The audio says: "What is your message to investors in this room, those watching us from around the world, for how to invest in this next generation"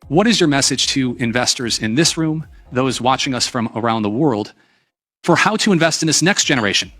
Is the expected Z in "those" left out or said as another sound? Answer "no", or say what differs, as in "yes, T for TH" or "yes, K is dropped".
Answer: no